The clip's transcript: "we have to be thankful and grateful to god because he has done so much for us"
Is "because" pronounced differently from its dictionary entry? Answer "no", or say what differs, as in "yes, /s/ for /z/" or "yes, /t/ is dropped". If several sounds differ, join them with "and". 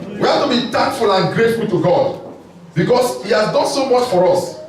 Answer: yes, /s/ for /z/